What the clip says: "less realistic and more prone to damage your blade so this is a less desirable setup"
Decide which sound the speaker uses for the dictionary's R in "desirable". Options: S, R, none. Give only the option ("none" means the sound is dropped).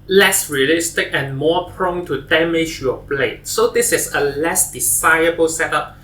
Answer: none